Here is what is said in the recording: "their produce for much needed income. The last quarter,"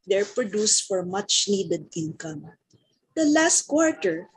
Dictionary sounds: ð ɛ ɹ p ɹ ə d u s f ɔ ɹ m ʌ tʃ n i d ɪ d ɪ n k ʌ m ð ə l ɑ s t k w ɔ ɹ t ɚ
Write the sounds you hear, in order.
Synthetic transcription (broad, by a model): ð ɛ ɹ p ɹ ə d u s f ɔ ɹ m ʌ tʃ n i d ɪ d ɪ n k ʌ m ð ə l ɑ s t k w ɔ ɹ t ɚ